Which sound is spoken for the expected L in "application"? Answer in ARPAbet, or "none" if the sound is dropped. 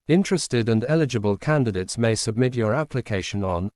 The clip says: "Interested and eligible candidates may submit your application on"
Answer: L